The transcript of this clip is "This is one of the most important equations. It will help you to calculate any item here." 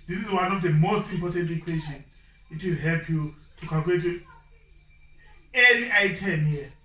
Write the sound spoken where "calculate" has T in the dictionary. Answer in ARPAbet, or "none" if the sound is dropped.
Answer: none